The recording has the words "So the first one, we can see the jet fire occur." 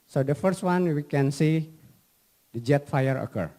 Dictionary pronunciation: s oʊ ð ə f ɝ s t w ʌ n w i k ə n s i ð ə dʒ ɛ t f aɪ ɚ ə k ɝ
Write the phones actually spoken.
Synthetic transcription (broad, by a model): s oʊ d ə f ɝ s t w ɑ n w i k ə n s i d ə dʒ ɛ t f aɪ ɚ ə k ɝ